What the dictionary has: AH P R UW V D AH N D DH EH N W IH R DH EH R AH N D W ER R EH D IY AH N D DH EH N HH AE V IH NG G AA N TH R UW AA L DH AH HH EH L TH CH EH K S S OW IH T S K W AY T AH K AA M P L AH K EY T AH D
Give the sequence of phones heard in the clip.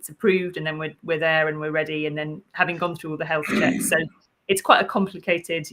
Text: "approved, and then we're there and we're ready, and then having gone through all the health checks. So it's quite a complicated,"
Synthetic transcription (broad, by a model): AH P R UW V D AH N DH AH N W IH W DH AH R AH N W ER R EH D IY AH N DH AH N HH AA V IH NG G AA N TH R UW AA L DH AH HH EH L TH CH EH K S S OW IH T S K W AY T AH K AA M P L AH K EY T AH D